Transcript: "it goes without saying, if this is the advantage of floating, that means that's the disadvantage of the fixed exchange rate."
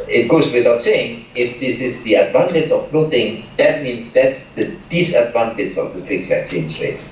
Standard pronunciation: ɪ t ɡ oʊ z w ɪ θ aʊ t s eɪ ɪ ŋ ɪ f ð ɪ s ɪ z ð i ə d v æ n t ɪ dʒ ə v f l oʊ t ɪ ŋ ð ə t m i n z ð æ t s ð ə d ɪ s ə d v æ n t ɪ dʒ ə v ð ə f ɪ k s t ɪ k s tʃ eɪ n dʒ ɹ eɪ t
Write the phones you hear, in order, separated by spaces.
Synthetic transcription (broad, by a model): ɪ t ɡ oʊ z w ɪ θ aʊ t s eɪ ɪ ŋ ɪ f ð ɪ s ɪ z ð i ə d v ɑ n t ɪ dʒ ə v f n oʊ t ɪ ŋ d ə t m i n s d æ t s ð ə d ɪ s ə d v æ n t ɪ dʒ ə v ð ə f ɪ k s ɪ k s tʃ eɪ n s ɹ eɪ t